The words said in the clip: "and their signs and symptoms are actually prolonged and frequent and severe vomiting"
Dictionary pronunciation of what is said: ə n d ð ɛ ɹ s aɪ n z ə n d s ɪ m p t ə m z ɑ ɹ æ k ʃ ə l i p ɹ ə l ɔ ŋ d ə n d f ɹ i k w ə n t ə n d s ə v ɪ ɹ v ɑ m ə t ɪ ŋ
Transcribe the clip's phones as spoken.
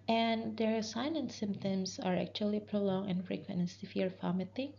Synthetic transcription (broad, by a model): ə n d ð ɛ ɹ s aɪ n ə n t s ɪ m p t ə m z ɑ ɹ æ k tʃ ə l i p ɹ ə l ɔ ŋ ə n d f ɹ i k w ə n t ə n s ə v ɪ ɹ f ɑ m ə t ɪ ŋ